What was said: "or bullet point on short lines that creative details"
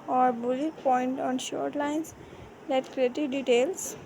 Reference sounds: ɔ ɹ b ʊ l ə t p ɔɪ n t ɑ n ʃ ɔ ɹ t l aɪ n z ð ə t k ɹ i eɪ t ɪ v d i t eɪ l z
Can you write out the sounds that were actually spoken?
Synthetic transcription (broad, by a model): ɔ ɹ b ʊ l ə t p ɔɪ n t ɑ n ʃ ɔ ɹ t l aɪ n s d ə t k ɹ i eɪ t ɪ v d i t eɪ l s